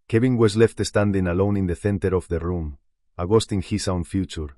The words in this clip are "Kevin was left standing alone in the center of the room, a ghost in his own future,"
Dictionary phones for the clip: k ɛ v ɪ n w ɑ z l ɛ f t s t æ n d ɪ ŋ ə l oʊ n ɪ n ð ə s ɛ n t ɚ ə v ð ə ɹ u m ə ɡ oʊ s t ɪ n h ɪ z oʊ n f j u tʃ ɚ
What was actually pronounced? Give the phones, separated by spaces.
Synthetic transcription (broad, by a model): k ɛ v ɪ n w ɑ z l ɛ f t s t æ n d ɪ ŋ ə l oʊ n ɪ n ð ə θ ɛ n t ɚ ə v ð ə ɹ u m ə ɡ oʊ s t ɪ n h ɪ s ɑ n f j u tʃ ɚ